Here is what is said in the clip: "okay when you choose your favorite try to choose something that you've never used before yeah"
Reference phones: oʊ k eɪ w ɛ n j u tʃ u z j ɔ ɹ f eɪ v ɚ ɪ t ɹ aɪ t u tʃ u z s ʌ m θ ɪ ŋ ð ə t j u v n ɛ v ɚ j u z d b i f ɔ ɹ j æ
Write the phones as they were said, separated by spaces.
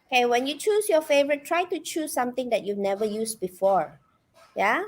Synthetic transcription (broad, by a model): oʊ k eɪ w ɛ n j u tʃ u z j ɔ f eɪ v ɚ ɪ t ɹ aɪ t u tʃ u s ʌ m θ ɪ ŋ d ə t j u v n ɛ v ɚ j u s b i f ɔ ɹ j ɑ